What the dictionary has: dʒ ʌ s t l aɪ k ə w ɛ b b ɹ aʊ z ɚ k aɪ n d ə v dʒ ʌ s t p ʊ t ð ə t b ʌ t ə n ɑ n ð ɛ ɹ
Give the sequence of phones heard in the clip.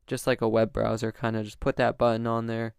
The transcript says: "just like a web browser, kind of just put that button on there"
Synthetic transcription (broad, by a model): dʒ ʌ s t l aɪ k ə w ɛ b b ɹ aʊ z ɚ k aɪ n d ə dʒ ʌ s p ʊ t ð ə t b ʌ t n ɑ n ð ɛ ɹ